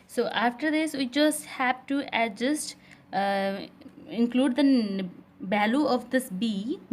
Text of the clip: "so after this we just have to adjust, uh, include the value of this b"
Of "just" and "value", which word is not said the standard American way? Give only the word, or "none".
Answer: value